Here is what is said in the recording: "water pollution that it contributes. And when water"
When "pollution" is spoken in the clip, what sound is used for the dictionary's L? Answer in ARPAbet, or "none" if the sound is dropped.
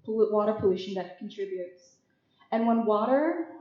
L